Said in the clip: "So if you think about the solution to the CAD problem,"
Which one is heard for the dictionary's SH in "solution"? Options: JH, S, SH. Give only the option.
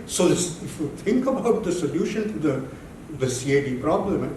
SH